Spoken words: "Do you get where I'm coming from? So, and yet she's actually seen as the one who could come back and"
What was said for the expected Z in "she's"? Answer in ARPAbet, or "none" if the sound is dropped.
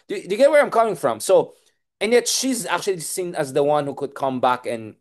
Z